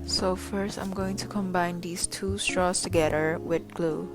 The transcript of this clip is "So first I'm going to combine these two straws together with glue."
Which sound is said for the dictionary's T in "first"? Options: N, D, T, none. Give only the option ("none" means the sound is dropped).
T